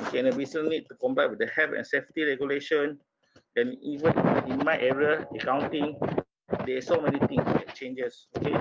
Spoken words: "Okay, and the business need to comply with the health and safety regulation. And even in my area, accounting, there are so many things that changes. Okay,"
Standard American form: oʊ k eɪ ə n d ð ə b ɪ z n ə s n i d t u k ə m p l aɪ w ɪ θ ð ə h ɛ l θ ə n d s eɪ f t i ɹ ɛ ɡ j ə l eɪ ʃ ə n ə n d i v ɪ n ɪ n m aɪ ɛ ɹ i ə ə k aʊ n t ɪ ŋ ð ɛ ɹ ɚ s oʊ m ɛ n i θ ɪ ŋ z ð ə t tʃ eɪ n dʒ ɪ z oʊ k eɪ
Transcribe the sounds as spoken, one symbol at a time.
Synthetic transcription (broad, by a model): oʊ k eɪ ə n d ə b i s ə n i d t u k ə m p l aɪ w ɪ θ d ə h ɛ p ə n s eɪ f t i ɹ ɛ ɡ j ə l eɪ ʃ ə n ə n i v ɪ n ɪ n m aɪ ɛ ɹ i ə ə k aʊ n t ɪ ŋ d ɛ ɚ s oʊ m ɛ n i t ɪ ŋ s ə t tʃ eɪ n dʒ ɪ s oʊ k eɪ